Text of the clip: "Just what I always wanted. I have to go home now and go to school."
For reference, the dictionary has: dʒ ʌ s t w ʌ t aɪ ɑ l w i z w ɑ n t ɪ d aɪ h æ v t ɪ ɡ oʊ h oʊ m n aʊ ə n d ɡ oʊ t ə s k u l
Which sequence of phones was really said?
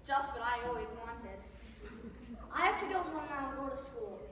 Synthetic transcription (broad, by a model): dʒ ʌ s t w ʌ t aɪ ɑ l w i z w ɑ n t ɪ d aɪ h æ f t ɪ ɡ oʊ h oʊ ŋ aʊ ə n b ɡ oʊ t ə s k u l